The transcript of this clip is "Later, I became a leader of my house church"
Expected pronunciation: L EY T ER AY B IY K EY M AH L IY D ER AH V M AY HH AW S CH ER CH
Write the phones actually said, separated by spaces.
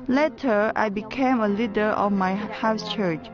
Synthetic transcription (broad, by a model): L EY T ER AY B IY K EY M AH L IY D ER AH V M AY HH AW S CH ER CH